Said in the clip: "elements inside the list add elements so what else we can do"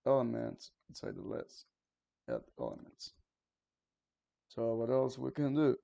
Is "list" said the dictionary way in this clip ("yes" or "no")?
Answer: no